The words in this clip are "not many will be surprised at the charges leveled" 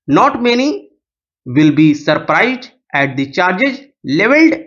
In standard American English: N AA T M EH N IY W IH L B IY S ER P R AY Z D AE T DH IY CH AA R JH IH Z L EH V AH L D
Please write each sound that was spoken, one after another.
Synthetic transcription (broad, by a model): N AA T M EH N IY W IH L B IY S ER P R AY Z D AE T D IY CH AA R JH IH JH L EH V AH L D